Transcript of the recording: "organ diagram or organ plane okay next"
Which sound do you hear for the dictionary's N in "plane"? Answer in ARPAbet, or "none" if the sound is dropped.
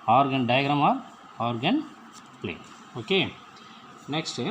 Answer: none